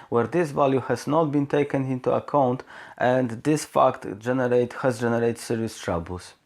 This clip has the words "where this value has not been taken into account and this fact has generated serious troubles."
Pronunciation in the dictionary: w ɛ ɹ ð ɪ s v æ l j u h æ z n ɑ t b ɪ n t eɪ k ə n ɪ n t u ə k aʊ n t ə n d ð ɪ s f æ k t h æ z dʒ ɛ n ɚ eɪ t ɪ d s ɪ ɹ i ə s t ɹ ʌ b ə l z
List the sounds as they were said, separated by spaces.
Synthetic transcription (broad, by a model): w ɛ ɹ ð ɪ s v æ l j u h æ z n ɑ t b ɪ n t eɪ k ə n ɪ n t u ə k aʊ n t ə n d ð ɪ s f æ k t h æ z dʒ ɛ n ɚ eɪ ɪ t s ɪ ɹ i ə s t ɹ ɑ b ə l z